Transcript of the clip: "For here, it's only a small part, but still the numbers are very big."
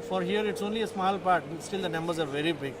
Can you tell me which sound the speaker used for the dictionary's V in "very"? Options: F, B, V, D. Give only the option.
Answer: V